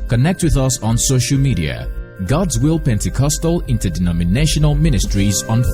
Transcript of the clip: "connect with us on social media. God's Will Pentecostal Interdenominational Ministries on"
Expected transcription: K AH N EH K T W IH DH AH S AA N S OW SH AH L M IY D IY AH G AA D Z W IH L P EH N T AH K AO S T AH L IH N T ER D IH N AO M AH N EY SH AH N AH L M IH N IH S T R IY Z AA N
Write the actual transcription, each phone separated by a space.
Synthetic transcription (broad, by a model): K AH N EH K T W IH DH AH S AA N S OW SH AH L M IY D IY AH G AA D Z W IH L P EH N T AH K AO S T AH L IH N T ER D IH N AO M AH N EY SH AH N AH L M IH N IH S T R IY Z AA N